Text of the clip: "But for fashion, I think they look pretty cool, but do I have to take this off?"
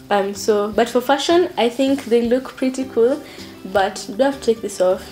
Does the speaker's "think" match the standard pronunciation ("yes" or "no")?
yes